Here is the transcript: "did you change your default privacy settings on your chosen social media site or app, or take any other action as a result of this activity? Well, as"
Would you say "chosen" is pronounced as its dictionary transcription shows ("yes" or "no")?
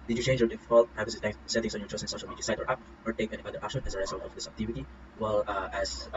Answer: no